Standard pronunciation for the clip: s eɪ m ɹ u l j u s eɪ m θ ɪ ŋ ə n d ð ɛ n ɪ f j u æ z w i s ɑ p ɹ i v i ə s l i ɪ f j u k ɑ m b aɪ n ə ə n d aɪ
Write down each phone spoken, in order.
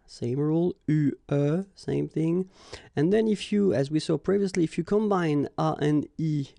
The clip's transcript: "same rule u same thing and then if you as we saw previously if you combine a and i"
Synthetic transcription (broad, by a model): s eɪ m ɹ u l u s eɪ m θ ɪ ŋ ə n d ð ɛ n ɪ f j u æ z w i s ɑ p ɹ i v i ə s l i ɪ f j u k ɑ m b aɪ n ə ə n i